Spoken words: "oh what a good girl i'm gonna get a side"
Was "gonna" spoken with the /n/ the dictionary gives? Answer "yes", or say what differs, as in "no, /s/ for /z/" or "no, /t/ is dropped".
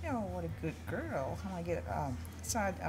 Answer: no, /n/ is dropped